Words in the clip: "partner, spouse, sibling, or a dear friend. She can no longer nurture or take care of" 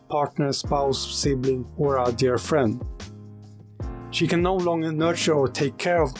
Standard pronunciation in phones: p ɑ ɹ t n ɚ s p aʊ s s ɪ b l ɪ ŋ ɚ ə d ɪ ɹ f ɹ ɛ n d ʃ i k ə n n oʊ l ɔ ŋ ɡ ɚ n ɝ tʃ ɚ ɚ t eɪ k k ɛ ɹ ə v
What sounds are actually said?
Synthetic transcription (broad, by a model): p ɑ ɹ t n ɚ s p aʊ s s ɪ b l ɪ ŋ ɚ ə d ɪ ɹ f ɹ ɛ n d ʃ i k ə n n oʊ l ɔ ŋ ɡ ɚ n ɝ tʃ ɚ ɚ t eɪ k k ɛ ɹ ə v